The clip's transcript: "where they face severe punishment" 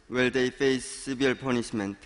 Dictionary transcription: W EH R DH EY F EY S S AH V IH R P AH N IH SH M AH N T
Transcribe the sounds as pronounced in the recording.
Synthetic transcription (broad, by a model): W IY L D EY F EY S S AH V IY L P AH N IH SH M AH N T